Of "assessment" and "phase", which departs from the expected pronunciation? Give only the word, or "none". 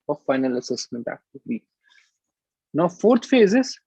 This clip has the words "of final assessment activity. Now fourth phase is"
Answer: none